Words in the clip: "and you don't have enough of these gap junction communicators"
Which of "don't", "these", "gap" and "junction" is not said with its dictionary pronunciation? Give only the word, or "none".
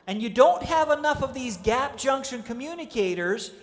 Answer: none